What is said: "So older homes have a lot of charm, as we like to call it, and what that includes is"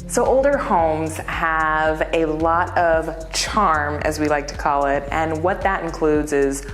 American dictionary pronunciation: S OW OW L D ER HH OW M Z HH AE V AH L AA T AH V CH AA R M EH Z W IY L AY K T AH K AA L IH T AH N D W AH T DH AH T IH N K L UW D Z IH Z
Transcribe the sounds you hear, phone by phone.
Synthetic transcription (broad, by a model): S OW OW L D ER HH OW M Z HH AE V AH L AA T AH V CH AA R M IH Z W IY L AY K T AH K AA L IH T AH N W AH T DH AH T IH N K L UW D Z IH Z